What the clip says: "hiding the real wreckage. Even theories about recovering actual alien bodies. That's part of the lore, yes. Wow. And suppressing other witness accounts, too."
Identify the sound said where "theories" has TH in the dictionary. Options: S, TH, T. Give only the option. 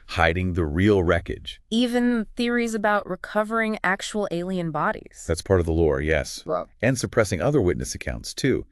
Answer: TH